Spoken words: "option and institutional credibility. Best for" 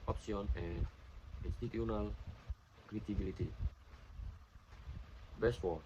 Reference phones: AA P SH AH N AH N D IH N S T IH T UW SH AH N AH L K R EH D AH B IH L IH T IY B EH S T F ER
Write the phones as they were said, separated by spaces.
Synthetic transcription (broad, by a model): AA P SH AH N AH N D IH N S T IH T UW AH N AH L K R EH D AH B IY L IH T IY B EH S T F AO